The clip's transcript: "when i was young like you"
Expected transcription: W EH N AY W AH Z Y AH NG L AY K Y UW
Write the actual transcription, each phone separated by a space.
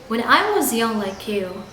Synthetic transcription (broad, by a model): W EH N AY W AH Z Y AH NG L AY K Y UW